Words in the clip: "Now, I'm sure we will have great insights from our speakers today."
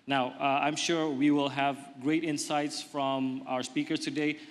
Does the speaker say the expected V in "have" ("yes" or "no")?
yes